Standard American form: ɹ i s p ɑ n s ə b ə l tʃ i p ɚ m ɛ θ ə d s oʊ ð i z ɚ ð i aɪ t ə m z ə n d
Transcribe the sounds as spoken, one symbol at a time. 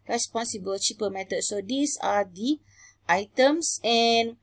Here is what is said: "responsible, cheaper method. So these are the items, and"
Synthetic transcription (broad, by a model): ɹ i s p ɑ n s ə b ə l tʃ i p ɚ m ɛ t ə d s oʊ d i s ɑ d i aɪ t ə m s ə n